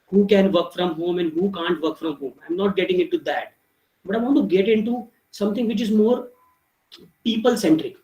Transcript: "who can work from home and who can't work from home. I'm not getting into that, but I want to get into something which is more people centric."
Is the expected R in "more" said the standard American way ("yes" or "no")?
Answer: yes